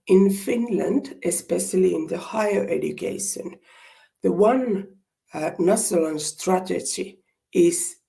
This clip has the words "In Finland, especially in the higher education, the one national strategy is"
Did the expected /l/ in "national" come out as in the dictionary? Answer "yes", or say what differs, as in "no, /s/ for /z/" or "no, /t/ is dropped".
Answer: no, /n/ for /l/